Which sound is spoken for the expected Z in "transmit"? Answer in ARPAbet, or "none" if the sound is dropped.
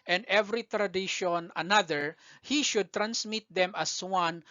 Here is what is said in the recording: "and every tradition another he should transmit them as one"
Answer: S